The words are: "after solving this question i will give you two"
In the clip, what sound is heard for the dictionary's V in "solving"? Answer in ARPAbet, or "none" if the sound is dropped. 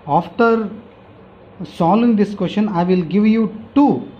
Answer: none